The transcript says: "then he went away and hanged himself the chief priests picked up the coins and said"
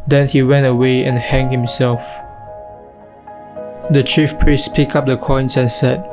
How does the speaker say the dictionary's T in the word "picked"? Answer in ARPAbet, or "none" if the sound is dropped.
none